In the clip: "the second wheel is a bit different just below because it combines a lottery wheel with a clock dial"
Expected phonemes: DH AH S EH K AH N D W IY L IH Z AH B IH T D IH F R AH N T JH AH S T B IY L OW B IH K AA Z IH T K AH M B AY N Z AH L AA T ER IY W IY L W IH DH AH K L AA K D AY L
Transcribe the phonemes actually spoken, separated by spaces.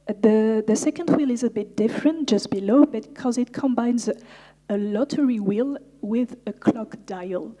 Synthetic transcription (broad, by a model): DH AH S EH K AH N D W IY L IH Z AH B IH T D IH F R AH N T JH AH S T B IY L OW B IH K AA Z IH T K AH M B AY N Z AH L AA T ER IY W IY L W IH DH AH K L AA K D AY L